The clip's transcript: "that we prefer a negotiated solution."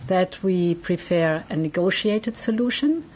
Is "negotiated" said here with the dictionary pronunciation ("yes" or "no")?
yes